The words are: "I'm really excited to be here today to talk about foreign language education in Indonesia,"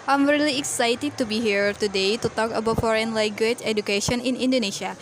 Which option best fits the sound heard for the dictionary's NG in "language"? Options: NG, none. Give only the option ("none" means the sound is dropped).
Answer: none